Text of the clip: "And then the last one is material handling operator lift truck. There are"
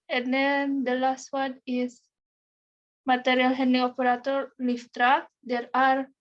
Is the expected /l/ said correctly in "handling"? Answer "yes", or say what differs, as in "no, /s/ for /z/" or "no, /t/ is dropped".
no, /l/ is dropped